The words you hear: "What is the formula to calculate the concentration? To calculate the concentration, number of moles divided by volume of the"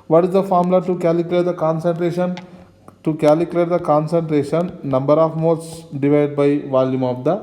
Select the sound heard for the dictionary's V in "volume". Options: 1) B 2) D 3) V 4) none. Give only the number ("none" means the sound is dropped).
3